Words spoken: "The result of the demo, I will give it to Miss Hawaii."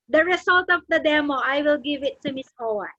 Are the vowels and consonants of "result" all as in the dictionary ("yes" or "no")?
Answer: no